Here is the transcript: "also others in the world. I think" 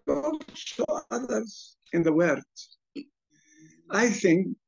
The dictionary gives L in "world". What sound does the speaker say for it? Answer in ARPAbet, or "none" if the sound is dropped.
none